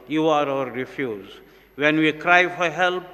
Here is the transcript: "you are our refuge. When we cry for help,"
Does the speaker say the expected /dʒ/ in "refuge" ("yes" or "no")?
no